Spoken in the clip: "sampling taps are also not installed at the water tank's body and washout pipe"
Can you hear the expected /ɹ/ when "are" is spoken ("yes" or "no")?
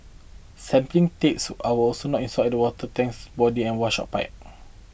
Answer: no